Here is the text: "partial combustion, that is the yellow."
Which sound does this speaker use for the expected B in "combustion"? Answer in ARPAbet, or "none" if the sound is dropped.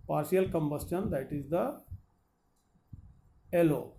B